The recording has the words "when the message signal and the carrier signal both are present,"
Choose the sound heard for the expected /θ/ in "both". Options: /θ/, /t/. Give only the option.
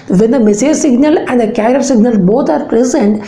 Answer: /t/